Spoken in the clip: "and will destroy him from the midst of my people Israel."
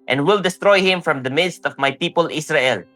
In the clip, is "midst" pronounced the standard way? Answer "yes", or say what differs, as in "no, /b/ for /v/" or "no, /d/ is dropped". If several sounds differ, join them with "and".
yes